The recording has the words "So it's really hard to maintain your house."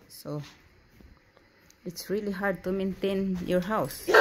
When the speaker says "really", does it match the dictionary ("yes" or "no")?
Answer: yes